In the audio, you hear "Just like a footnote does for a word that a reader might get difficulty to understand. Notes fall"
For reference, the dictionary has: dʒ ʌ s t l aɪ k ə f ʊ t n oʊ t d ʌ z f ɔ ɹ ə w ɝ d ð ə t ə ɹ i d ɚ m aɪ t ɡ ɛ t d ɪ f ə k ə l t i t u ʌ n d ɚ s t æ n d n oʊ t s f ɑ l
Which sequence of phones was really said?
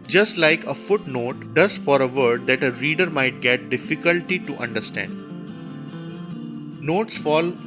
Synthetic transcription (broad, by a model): dʒ ʌ s t l aɪ k ə f ʊ t n oʊ t d ʌ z f ɔ ɹ ə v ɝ d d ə t ə ɹ i d ɚ m aɪ t ɡ ɛ t d ɪ f ə k ə l t i t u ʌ n d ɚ s t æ n d n oʊ t s f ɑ l